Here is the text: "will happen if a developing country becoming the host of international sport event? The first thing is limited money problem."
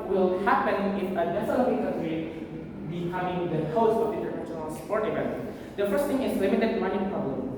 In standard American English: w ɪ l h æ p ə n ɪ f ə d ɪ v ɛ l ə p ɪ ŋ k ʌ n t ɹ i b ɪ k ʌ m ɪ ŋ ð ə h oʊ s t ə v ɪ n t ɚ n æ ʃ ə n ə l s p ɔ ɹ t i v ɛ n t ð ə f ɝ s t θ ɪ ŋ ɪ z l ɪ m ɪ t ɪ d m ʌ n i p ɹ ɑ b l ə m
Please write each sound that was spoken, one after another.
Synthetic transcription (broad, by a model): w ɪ l h æ p ə n ɪ f ə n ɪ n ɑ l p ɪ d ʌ t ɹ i b ɪ k ʌ m ɪ ŋ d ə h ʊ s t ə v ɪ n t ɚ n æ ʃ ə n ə l s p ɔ ɹ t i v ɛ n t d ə f ɝ s t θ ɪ ŋ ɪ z l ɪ m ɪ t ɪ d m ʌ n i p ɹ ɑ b l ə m